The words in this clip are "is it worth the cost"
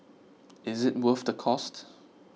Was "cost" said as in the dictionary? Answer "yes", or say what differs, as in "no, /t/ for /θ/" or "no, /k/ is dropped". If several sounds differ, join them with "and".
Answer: yes